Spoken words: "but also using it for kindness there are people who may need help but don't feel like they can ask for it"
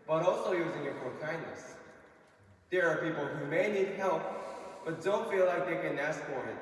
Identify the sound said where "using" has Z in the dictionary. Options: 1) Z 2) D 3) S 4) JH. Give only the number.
1